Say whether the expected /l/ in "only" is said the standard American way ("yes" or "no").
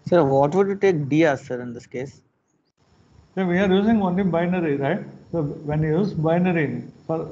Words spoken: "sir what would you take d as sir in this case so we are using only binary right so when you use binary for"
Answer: no